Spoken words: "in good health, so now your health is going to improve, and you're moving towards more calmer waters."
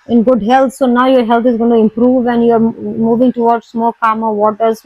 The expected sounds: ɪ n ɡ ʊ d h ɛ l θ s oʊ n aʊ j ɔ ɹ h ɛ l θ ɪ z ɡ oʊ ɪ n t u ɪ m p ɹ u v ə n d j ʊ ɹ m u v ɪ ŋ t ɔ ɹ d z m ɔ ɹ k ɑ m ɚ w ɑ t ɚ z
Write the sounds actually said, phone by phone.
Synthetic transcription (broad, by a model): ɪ n ɡ ʊ d h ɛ l t s oʊ n aʊ j ɔ ɹ h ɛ l t ɪ z ɡ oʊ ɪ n t u ɪ m p ɹ u v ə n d j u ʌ m u v ɪ ŋ t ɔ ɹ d s m ɔ l k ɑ m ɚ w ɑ t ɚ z